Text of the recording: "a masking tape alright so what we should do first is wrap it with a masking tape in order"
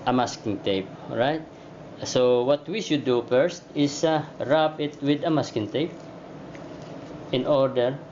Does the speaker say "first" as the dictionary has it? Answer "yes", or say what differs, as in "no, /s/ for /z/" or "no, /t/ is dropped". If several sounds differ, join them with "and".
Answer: yes